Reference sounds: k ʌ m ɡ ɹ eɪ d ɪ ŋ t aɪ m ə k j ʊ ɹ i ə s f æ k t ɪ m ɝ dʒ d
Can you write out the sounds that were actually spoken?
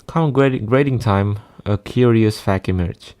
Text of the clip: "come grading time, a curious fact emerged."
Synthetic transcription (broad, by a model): k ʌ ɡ ɡ ɹ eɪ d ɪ ŋ t aɪ m ə k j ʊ ɹ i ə s f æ k ɪ m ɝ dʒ